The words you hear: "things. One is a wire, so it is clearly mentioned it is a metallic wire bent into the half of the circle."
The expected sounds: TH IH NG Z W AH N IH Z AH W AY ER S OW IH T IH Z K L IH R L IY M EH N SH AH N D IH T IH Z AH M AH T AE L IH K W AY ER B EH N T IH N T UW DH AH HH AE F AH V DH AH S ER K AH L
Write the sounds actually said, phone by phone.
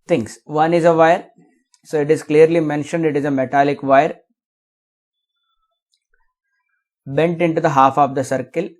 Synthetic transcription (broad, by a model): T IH NG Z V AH N IH Z AH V AY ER S OW IH T IH Z K L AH R L IY M EH N SH AH N D IH T IH Z AH M AH T AE L IH K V AY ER B EH N T IH N T UW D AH HH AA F AH V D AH S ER K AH L